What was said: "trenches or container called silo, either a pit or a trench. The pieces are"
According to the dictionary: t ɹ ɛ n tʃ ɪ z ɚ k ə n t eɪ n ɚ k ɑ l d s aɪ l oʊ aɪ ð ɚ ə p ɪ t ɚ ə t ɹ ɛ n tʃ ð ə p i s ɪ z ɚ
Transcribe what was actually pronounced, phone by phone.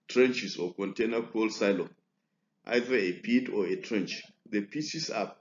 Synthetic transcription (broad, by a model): t ɹ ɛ n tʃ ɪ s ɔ k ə n t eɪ n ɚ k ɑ l s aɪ l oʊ aɪ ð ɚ ə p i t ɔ ə t ɹ ɛ n tʃ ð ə p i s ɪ s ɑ